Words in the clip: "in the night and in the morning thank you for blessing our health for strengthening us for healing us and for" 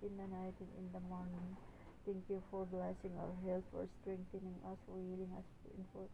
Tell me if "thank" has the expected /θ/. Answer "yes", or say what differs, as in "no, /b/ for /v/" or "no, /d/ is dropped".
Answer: no, /t/ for /θ/